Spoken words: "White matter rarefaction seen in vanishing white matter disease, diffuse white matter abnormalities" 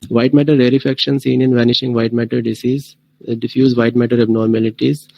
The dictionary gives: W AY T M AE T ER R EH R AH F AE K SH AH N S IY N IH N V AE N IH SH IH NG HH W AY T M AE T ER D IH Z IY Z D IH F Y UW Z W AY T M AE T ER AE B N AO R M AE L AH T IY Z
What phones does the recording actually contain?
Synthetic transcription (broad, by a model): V AY T M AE T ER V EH R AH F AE K SH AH N S IY N IH N V AE N IH SH IH NG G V AY T M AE T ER D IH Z IY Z D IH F Y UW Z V AY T M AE T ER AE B N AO R M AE L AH T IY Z